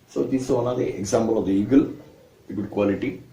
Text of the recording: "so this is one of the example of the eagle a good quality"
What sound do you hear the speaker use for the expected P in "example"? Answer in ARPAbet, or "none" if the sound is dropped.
B